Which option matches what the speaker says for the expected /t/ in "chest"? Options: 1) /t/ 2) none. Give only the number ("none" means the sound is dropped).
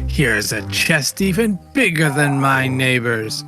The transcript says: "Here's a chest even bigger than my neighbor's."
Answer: 1